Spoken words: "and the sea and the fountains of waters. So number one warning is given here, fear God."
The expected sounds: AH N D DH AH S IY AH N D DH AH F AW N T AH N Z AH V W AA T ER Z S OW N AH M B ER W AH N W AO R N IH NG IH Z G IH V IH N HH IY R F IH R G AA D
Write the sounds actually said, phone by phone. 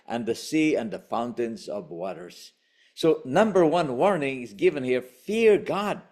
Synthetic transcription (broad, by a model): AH N DH AH S IY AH N DH AH F AW N T AH N Z AH V W AA T ER Z S OW N AH M B ER W AH N W AO R N IH NG IH Z G IH V IH N HH IY R F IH R G AA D